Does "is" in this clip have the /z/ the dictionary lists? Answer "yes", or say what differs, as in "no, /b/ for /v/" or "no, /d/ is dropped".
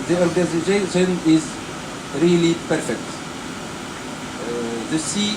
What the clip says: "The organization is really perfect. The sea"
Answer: yes